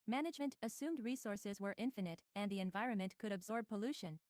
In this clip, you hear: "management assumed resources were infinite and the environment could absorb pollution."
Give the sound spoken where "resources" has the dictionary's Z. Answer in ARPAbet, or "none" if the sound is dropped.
Z